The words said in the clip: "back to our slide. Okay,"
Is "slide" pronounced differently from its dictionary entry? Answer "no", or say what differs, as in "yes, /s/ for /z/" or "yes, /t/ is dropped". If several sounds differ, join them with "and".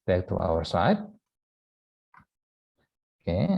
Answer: yes, /l/ is dropped